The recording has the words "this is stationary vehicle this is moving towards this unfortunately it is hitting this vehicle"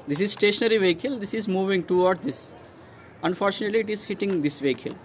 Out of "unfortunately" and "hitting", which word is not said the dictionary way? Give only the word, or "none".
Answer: none